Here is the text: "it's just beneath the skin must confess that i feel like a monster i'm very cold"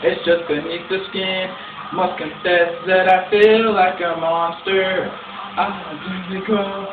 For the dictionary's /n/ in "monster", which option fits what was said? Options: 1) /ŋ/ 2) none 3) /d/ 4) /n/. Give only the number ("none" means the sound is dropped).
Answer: 4